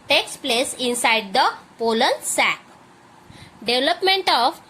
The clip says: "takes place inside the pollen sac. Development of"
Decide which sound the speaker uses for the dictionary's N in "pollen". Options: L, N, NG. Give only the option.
L